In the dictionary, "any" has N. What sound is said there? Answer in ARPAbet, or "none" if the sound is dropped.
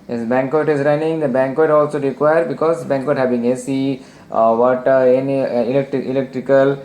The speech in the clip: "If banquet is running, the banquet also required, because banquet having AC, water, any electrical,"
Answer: L